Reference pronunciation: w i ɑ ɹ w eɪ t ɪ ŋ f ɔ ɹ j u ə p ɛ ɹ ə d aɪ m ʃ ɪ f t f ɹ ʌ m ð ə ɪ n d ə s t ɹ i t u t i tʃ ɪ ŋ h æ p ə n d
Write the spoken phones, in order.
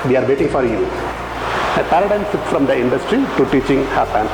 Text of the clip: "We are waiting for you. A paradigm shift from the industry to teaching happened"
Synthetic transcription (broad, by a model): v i ɑ ɹ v eɪ t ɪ ŋ f ɔ ɹ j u ə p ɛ ɹ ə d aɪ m s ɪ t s f ɹ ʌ m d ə ɪ n d ə s t ɹ i t u t i tʃ ɪ ŋ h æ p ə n